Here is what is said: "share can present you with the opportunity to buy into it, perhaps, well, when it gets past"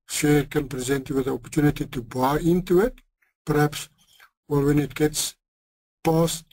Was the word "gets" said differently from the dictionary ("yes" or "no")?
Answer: no